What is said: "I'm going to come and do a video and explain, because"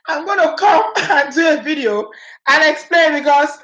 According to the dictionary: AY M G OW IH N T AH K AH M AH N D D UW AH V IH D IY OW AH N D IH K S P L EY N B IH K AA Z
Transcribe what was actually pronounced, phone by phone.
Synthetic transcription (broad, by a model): AY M G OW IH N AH K AH M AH N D D UW AH V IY D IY OW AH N IH K S P L EY N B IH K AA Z